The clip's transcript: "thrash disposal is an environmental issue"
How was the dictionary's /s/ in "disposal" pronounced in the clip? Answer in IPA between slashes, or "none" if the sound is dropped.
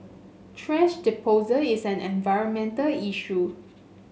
none